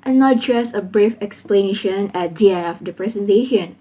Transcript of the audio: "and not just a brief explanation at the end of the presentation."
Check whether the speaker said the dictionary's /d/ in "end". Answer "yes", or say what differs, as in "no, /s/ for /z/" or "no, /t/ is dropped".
no, /d/ is dropped